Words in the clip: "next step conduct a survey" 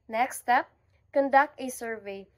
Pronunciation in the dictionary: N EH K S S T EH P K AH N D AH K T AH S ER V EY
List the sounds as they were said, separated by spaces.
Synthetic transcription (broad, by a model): N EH K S S T EH P K AH N D AH K T AH S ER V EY